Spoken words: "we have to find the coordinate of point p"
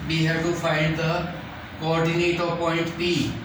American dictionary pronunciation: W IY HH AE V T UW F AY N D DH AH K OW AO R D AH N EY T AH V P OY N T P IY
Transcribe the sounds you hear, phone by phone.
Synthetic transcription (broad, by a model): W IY HH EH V T UW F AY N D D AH K OW AO R D AH N EY T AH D P OY N T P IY